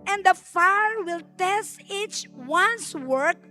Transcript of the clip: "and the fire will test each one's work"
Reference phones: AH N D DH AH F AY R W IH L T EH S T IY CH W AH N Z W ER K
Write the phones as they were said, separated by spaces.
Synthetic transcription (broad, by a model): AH N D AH F AY R W IH L T EH S T IY CH W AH N S W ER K